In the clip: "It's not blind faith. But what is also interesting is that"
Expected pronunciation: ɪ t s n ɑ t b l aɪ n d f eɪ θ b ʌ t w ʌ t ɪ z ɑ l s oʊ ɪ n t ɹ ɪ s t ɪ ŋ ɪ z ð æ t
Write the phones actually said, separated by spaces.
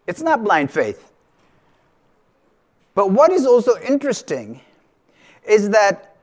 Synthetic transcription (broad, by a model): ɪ t s n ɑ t b l aɪ n d f eɪ θ b ʌ t w ʌ t ɪ z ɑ l s oʊ ɪ n t ɹ ɪ s t ɪ ŋ ɪ z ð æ t